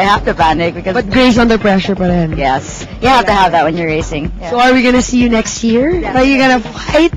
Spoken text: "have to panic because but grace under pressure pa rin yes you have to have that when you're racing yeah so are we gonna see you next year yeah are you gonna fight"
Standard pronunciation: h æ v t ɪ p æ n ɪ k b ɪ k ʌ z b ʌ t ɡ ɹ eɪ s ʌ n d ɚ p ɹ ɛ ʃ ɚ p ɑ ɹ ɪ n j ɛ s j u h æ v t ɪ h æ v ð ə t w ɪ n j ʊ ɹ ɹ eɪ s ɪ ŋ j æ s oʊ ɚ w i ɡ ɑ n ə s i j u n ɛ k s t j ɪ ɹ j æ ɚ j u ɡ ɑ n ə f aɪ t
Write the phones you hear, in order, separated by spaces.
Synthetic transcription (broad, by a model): h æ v t ɪ b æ n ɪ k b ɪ k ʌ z b ʌ t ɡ ɹ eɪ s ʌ n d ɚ p ɹ ɛ ʃ ɚ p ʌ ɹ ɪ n j ɛ s j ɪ h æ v t ɪ h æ v ð ə t w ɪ n j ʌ ɹ ɹ eɪ s ɪ ŋ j s oʊ ɚ w i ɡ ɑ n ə s i j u n ɛ k s t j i ɹ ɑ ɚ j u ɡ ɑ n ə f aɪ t